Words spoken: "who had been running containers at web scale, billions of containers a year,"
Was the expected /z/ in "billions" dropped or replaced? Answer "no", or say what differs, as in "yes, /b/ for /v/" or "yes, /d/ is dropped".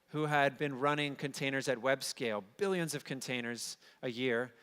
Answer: no